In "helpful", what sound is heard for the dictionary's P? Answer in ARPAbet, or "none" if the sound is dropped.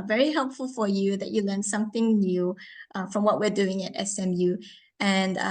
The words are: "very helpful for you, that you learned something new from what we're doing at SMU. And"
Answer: P